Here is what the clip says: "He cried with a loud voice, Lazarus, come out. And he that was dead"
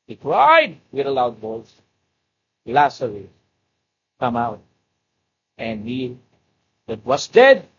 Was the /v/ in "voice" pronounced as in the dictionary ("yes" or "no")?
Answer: no